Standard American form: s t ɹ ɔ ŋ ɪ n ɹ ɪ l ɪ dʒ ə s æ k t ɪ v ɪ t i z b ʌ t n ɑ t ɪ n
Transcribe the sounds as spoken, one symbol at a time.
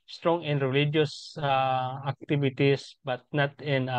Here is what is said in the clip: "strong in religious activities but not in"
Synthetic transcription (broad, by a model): s t ɹ ɔ ŋ ɪ n ɹ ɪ l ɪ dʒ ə s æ k t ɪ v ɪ t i s b ʌ t n ɑ t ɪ n